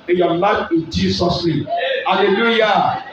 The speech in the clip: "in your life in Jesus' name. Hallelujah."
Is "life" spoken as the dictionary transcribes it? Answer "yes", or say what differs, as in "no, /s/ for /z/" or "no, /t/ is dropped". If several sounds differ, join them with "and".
no, /f/ is dropped